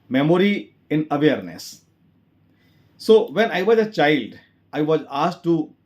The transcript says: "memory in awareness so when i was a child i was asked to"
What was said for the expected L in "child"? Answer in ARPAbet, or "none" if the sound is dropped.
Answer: L